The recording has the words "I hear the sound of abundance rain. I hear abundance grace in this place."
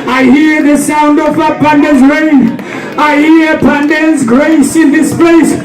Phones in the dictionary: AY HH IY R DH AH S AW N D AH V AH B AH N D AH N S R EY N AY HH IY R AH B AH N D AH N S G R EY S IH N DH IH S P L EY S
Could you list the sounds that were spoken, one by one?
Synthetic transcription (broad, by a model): AY HH IY R DH AH S AW N D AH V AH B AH N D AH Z R EY N AY HH IY R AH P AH N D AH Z G R EY S IH N DH IH S P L EY S